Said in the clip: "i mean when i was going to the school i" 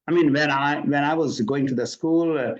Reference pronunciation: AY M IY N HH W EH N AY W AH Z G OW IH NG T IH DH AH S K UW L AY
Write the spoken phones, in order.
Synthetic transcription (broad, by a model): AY M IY N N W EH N AY W AH Z G OW IH NG T IH DH AH S K UW L